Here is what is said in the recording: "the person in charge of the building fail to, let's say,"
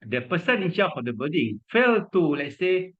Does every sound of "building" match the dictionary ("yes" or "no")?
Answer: no